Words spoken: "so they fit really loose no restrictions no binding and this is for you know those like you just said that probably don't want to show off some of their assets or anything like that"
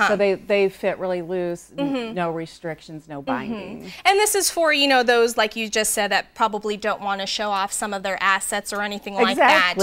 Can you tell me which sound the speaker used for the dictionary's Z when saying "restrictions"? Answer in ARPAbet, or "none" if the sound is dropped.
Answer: Z